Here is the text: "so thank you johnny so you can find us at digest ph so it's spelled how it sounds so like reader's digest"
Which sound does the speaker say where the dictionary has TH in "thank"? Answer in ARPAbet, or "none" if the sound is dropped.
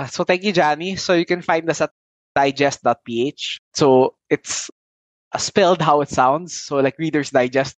T